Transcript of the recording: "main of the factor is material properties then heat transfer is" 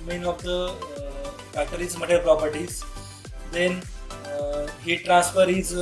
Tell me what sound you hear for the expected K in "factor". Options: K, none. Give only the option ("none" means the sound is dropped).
none